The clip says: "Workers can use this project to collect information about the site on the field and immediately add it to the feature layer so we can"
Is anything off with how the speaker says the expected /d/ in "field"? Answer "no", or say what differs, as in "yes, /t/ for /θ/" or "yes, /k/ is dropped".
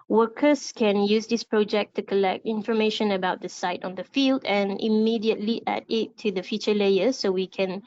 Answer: no